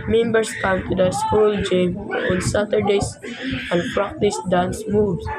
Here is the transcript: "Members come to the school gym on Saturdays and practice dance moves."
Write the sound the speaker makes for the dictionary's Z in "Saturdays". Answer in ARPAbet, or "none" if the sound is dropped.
S